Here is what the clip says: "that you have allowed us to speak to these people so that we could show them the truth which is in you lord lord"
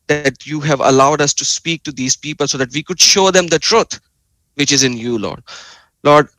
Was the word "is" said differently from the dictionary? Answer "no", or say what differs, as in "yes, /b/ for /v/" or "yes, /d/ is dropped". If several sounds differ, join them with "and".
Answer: no